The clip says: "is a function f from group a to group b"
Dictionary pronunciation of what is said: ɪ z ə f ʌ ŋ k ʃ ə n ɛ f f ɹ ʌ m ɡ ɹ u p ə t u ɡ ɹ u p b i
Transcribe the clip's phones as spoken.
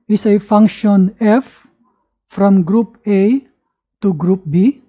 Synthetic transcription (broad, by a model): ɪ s ə f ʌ ŋ k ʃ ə n ɛ f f ɹ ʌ m ɡ ɹ u p ə t u ɡ ɹ u p b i